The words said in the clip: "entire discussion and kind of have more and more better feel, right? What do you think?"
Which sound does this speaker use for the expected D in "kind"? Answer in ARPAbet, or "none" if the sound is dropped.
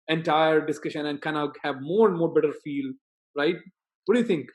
none